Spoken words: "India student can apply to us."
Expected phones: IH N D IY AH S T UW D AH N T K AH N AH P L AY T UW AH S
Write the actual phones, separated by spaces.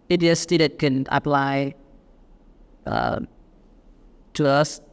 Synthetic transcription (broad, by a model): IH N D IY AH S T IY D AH T K AH N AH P L AY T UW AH S